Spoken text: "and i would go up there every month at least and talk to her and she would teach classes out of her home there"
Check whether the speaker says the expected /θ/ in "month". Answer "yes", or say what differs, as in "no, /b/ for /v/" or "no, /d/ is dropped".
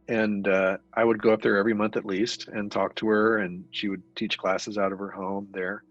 yes